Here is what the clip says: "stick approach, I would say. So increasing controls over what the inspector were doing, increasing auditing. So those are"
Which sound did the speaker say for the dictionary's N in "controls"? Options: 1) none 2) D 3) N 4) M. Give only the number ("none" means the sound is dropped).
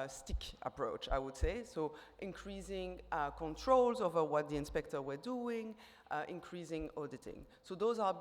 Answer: 3